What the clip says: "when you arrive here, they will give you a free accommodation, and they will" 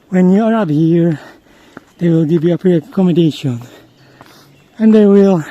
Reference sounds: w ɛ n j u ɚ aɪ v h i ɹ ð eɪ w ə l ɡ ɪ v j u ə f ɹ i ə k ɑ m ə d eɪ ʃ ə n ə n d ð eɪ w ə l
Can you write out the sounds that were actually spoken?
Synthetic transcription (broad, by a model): w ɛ n j u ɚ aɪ p h i ɹ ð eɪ w ə l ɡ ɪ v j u ə p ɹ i ə k ɑ m ə d eɪ ʃ ə n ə n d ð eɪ w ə l